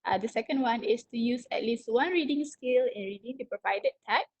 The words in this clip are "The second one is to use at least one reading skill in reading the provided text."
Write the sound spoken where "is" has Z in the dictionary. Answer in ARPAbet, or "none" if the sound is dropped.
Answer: S